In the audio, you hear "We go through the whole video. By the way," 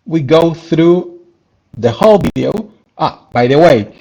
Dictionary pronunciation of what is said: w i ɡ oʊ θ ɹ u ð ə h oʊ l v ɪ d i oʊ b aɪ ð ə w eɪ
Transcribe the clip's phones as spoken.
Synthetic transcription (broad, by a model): w i ɡ oʊ θ ɹ u ð ə h oʊ l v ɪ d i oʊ b aɪ ð ə w eɪ